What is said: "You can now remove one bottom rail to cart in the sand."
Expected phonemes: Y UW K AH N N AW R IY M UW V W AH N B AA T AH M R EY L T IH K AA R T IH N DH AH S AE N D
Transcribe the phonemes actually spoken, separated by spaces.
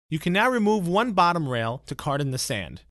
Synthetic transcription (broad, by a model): Y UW K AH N N AW R IY M UW V W AH N B AA T AH M R EY L T IH K AA R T N DH AH S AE N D